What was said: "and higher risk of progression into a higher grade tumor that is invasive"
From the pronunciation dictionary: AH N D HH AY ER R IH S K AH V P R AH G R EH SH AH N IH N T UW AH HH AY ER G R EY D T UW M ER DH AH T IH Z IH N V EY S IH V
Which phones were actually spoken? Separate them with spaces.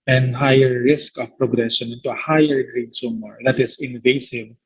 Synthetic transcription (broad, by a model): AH N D HH AY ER R IH S K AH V P R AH G R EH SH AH N IH N T UW AH HH AY ER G R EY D S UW M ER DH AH T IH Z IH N V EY S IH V